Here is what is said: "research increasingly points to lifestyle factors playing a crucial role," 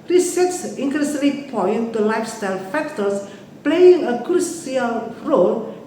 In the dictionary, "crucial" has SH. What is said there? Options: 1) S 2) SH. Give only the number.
1